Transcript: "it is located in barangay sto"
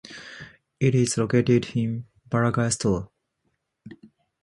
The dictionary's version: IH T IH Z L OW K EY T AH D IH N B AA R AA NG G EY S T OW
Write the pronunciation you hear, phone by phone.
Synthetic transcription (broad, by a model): IH T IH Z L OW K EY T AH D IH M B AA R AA G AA S T OW